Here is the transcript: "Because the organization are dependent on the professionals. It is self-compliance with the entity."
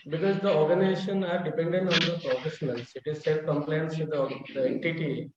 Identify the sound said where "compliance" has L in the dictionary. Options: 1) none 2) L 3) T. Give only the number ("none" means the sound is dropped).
2